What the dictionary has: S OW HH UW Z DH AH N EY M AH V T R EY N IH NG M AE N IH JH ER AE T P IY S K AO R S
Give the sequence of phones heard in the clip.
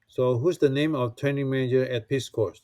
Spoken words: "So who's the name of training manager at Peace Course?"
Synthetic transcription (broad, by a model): S OW HH UW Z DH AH N EY M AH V T R EY N IH NG M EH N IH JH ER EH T P IY S K AO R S